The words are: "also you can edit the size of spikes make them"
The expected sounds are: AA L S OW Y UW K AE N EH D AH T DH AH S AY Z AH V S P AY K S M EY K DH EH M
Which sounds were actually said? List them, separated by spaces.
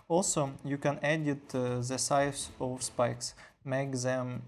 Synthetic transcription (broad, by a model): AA L S OW Y UW K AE N EH D AH T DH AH S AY S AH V S P AY K S M EY K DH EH M